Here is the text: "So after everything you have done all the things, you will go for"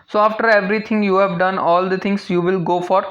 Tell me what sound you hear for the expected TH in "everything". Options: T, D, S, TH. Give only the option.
T